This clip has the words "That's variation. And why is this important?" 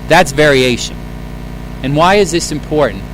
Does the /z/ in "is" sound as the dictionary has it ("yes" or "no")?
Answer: yes